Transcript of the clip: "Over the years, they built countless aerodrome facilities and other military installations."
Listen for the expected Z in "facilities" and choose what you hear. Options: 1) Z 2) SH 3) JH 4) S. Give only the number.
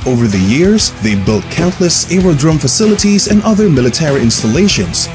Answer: 1